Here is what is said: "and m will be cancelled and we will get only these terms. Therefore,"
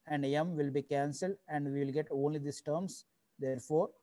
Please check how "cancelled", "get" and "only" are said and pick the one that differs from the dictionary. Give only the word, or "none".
none